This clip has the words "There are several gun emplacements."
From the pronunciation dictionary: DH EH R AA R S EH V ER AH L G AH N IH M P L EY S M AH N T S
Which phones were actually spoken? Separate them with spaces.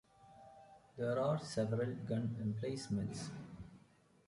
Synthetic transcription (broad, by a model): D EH R AA R S EH V ER AH L G AH N IH M P L EY S M AH N T S